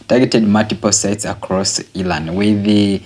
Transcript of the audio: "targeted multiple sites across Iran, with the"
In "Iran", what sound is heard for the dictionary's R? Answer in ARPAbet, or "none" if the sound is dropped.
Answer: L